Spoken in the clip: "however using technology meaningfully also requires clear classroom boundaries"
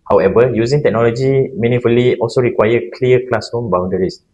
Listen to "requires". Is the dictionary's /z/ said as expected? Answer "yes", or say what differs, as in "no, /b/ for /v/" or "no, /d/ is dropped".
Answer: no, /z/ is dropped